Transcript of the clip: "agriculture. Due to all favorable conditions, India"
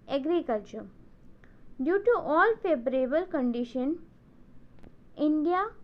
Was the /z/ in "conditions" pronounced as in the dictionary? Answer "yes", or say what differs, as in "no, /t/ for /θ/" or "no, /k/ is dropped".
no, /z/ is dropped